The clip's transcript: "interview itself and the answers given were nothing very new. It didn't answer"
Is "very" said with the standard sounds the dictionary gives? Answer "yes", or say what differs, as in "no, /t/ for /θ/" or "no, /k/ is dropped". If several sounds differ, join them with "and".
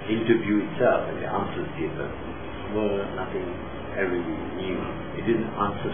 no, /w/ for /ɹ/